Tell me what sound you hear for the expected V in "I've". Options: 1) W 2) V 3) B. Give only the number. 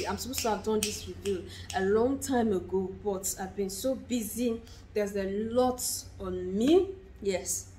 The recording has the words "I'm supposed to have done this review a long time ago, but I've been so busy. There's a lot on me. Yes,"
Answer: 2